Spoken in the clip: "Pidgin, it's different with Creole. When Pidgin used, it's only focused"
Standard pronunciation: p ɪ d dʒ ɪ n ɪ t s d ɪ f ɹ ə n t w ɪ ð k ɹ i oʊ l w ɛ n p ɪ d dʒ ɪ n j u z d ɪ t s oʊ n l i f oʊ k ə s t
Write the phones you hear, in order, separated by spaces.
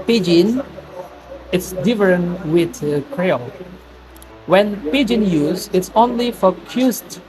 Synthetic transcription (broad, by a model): p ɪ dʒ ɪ n ɪ t s d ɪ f ɹ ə n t w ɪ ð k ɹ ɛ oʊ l w ɛ n p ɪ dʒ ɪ n j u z ɪ t s oʊ n l i f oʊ k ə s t